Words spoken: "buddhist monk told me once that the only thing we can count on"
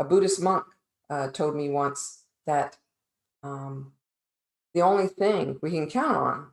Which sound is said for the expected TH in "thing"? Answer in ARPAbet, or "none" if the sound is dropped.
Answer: TH